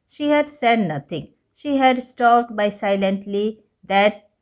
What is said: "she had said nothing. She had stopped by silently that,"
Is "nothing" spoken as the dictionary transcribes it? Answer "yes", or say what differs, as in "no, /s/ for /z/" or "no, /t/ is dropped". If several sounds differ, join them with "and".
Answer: no, /t/ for /θ/